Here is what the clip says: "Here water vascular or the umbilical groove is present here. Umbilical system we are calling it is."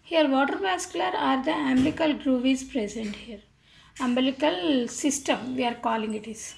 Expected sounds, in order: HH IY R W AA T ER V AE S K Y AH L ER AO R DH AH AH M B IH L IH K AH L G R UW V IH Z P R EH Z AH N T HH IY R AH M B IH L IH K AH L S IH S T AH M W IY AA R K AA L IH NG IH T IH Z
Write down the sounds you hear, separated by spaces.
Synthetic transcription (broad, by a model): HH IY R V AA T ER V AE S K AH L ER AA R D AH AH M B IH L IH K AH L G R UW V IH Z P R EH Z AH N T HH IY R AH M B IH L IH K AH L S IH S T AH M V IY AA R K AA L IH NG IH T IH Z